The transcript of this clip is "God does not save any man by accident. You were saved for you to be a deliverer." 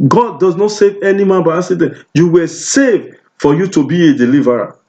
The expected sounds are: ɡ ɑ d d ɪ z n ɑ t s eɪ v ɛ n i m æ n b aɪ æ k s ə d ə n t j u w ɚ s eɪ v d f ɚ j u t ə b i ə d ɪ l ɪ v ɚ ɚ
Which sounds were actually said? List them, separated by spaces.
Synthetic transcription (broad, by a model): ɡ ɑ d d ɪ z n ɑ t s eɪ v ɛ n i m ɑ n b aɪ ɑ s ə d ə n j u w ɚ s eɪ v d f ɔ j u t ə b i ə d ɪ l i v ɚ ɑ